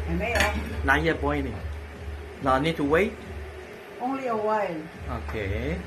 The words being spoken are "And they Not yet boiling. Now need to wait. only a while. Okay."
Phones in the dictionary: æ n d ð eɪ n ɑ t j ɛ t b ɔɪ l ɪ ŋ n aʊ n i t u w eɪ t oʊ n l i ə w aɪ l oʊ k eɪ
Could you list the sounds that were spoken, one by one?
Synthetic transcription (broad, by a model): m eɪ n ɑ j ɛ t b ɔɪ n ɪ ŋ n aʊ n i t u w eɪ t oʊ n l i ə w aɪ l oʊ k eɪ